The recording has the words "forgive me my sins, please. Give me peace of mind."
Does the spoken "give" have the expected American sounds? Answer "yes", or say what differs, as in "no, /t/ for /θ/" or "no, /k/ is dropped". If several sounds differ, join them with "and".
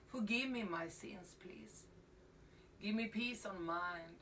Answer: yes